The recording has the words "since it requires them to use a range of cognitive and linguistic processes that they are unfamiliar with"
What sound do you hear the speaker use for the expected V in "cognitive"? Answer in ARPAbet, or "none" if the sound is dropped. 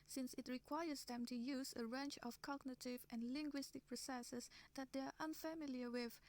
V